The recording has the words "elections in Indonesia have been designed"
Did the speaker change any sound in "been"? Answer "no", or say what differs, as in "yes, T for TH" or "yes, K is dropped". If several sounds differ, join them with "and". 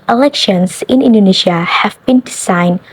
no